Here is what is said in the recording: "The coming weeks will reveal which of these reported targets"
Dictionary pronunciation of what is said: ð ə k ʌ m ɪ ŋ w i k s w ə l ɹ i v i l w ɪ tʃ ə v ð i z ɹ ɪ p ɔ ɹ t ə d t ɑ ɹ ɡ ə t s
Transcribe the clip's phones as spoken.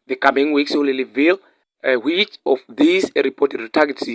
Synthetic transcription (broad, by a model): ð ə k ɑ m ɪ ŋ w i k s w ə l l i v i l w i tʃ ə f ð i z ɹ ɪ p ɔ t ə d t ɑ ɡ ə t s